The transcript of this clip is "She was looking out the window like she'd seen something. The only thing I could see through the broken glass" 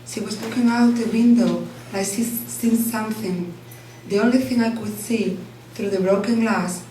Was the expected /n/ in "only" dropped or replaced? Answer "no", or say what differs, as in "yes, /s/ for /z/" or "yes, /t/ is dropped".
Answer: yes, /n/ is dropped